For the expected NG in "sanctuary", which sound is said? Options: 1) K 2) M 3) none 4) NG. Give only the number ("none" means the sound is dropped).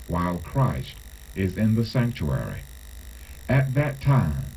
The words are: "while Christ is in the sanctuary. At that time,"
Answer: 4